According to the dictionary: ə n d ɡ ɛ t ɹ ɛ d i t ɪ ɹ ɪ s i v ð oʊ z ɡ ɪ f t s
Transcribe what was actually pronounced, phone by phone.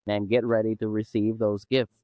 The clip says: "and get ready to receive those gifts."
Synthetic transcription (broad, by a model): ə n ɡ ɛ t ɹ ɛ d i t ɪ ɹ ɪ s i v ð oʊ z ɡ ɪ f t s